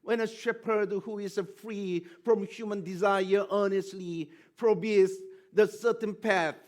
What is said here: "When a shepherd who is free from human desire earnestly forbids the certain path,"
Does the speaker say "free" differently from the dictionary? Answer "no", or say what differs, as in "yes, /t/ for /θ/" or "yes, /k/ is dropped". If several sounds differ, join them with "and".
no